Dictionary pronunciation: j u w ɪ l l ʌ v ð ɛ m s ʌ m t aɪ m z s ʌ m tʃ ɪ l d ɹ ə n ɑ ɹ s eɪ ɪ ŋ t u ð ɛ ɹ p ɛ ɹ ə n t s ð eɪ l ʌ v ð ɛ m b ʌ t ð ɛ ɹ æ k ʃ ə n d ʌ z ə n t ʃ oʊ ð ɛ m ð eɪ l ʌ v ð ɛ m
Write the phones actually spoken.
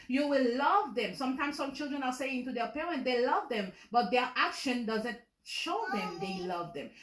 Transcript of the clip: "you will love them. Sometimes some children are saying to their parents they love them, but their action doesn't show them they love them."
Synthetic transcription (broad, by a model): j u w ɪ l l ʌ v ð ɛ m s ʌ m t aɪ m s ʌ m tʃ ɪ l d ɹ ə n ɑ ɹ s eɪ ɪ ŋ t u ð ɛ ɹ p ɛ ɹ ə n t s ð eɪ l ʌ v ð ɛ m b ʌ t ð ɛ ɹ æ k ʃ ə n d ʌ z ə n t ʃ oʊ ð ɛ m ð eɪ l ʌ v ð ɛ m